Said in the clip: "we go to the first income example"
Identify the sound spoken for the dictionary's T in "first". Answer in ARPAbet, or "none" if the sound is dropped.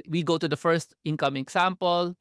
T